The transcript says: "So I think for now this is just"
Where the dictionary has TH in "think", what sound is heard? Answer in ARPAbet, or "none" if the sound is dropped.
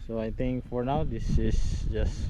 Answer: T